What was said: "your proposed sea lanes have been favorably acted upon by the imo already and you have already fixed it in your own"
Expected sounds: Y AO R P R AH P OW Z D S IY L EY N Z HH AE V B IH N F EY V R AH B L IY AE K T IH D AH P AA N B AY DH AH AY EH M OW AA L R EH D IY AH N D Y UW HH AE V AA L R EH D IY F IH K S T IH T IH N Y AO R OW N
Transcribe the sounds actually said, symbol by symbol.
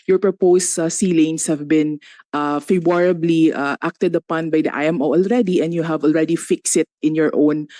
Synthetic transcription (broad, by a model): Y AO R P R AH P OW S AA S IY L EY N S HH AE V B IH N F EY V R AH B L IY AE K T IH D AH P AA N B AY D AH AY EH M OW AA L R EH D IY AH N D Y UW HH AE V AA L R EH D IY F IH K S IH T IH N Y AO R OW N